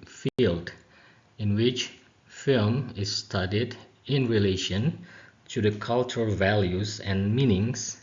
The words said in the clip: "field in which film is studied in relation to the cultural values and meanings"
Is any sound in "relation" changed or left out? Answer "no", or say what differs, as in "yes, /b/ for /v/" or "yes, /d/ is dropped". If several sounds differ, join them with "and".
no